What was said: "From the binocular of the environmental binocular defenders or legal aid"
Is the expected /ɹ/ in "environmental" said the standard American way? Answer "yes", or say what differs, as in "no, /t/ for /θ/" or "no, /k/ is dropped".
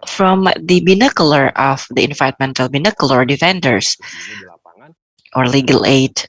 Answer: no, /ɹ/ is dropped